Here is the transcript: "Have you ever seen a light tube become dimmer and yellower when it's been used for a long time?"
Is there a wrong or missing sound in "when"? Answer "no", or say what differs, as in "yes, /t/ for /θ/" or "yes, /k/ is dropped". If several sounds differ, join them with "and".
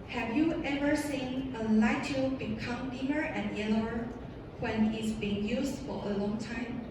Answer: no